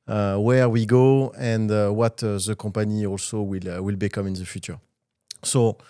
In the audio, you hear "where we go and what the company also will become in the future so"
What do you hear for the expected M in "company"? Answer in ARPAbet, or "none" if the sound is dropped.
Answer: none